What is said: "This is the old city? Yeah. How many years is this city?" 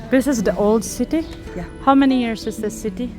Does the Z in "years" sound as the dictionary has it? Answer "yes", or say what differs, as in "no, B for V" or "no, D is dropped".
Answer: no, S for Z